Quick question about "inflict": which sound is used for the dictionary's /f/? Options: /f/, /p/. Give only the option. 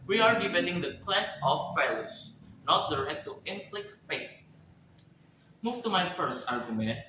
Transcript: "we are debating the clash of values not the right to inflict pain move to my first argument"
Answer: /p/